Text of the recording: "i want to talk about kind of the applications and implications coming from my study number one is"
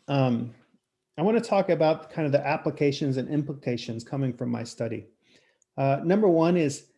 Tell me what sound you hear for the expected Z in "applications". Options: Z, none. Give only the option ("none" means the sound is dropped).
Z